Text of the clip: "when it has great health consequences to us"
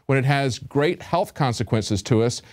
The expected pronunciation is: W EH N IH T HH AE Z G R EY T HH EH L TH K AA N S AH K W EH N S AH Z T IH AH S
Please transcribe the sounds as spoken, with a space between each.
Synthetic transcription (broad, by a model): W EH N IH T HH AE Z G R EY T HH EH L TH K AA N S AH K W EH N S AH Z T IH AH S